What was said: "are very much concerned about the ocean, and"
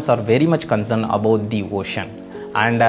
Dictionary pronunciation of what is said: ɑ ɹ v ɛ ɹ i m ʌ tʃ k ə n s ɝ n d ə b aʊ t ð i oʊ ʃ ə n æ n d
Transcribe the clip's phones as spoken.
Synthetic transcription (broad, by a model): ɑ ɹ v ɛ ɹ i m ʌ tʃ k ə n s ɝ n d ə b aʊ t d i oʊ ʃ ə n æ n d